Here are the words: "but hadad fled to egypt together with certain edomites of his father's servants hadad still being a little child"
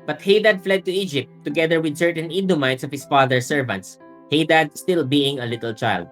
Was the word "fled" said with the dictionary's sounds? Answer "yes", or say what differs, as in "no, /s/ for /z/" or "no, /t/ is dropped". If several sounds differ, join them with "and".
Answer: yes